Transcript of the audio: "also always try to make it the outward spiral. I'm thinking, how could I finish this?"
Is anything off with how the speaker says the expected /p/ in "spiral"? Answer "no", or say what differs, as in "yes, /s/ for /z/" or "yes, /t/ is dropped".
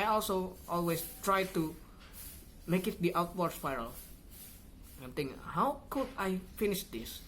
yes, /f/ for /p/